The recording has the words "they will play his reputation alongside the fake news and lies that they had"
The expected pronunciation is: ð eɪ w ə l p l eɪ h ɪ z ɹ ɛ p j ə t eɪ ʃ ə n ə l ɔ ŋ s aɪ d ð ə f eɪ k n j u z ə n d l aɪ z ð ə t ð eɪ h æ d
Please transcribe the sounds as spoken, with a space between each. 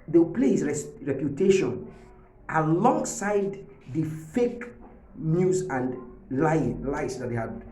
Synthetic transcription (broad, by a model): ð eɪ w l p l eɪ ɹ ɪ ɹ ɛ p j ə t eɪ ʃ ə n ə l ɔ ŋ s aɪ d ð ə f eɪ k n j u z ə n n l aɪ s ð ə t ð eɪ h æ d